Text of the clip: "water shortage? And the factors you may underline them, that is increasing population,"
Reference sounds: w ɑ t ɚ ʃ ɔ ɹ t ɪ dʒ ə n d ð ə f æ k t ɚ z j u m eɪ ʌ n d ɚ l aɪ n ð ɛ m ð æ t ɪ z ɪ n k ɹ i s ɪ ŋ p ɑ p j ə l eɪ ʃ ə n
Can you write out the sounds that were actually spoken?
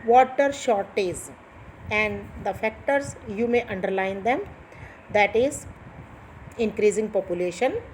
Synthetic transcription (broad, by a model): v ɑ t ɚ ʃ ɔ ɹ t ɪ z ə n d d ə f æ k t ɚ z j u m eɪ ʌ n d ɚ l aɪ n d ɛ m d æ t ɪ z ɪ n k ɹ i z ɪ ŋ p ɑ p j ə l eɪ ʃ ə n